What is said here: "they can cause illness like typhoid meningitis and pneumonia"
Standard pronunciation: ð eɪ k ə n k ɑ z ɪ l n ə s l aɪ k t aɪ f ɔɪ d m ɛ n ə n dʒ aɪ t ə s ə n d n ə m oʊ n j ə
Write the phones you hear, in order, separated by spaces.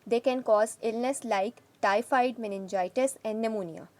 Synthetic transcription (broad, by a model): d eɪ k ə n k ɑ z ɪ l n ə s l aɪ k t aɪ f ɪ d m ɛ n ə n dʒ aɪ t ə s ə n d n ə m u n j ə